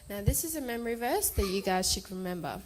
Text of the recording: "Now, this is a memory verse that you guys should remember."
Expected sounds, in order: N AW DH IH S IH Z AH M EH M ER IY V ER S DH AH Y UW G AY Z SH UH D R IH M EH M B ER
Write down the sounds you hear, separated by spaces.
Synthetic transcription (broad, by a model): N AW DH IH S IH Z AH M EH M ER IY V ER S DH AH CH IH G AY Z SH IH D R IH M EH M B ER